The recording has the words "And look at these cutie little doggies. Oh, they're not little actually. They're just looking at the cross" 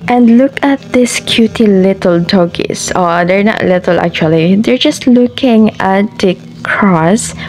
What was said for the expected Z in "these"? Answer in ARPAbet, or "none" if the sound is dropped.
S